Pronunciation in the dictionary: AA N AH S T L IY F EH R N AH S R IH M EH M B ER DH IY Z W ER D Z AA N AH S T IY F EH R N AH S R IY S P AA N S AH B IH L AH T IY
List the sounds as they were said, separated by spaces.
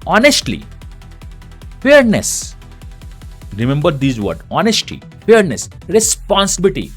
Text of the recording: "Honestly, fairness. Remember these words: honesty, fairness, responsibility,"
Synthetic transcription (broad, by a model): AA N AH S T L IY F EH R N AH S R IH M EH M B ER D IY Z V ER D AA N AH S T IY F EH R N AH S R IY S P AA N S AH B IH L T IY